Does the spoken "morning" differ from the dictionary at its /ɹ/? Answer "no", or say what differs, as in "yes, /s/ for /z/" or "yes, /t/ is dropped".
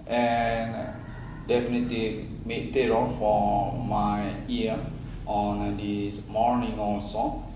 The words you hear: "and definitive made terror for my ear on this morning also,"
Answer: no